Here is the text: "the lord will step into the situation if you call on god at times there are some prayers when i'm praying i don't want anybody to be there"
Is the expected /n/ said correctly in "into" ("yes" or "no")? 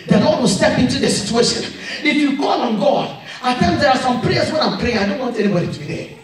yes